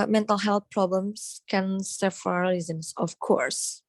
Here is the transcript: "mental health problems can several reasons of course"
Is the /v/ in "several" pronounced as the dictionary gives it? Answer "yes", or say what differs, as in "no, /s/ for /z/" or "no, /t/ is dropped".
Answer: no, /f/ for /v/